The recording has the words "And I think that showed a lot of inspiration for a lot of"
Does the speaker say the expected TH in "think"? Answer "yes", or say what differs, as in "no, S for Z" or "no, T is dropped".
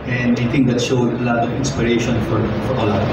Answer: no, T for TH